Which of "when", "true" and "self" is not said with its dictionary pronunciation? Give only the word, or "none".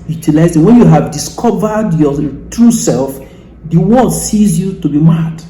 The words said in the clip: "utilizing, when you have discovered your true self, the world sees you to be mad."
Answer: none